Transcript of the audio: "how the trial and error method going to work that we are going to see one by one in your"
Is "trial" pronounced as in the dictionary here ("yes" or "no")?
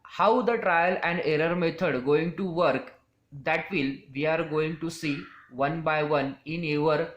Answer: yes